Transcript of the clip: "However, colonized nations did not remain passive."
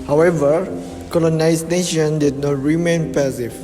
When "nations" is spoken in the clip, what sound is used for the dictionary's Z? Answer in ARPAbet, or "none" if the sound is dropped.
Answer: none